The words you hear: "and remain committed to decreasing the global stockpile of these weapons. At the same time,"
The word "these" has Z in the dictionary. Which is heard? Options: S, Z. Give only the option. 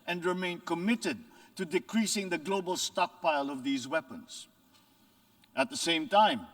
Z